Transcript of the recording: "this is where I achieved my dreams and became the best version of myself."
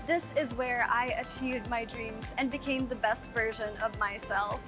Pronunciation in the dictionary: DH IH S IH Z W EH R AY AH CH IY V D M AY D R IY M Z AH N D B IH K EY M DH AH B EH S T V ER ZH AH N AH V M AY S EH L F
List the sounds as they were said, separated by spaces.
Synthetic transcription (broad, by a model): DH IH S IH Z W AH R AY AH CH IY V D M AY D R IY M Z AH N B IH K EY M DH AH B EH S T V ER ZH AH N AH V M AY S EH L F